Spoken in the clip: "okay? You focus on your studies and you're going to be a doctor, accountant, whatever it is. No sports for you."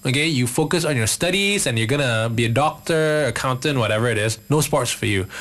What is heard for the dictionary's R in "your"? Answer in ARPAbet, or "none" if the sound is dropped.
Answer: R